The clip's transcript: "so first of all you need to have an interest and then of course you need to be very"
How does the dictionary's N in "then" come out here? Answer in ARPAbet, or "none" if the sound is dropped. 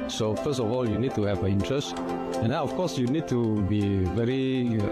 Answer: none